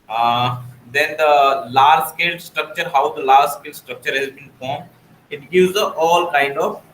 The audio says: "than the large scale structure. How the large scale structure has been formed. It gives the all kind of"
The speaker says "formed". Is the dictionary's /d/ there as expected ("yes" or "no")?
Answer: no